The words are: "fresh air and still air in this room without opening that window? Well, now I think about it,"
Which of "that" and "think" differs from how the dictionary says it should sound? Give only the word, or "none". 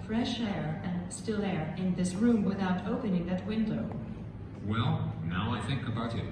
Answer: none